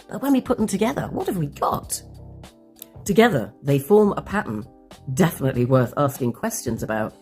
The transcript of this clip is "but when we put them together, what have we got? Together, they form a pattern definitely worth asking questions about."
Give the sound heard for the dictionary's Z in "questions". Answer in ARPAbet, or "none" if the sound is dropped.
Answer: Z